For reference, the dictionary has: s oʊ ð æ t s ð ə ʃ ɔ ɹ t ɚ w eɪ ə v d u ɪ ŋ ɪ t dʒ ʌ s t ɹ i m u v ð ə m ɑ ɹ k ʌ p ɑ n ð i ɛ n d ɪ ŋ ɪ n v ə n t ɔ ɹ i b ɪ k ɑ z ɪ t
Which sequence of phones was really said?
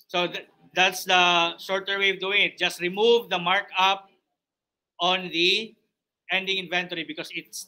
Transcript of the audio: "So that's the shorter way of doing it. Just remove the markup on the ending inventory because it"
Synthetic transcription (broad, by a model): s oʊ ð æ t s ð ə ʃ ɔ ɹ t ɚ w eɪ ə v d u ɪ ŋ ɪ t dʒ ʌ s t ɹ i m u v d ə m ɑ ɹ k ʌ p ɑ n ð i ɛ n d ɪ ŋ ɪ n v ə n t ɔ ɹ i b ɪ k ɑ s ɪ t